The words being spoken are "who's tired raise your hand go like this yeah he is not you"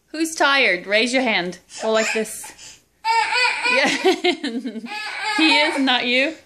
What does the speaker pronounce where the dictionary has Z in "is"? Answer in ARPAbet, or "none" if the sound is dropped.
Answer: Z